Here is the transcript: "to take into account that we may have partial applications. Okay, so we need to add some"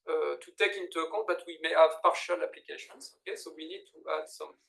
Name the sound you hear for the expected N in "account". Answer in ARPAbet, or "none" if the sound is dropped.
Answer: none